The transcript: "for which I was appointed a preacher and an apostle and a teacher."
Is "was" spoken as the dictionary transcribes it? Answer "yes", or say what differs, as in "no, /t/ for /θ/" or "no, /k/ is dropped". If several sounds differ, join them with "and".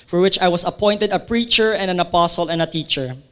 no, /s/ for /z/